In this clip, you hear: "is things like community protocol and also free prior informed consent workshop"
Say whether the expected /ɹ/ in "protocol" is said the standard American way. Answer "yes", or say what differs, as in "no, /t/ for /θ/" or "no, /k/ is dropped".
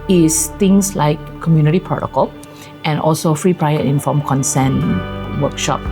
no, /ɹ/ is dropped